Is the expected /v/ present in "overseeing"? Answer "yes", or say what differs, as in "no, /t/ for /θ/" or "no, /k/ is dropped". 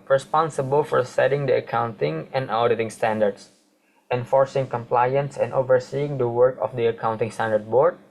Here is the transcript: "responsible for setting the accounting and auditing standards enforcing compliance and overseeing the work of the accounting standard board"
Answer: yes